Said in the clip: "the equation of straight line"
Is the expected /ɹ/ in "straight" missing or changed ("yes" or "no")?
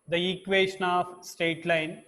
yes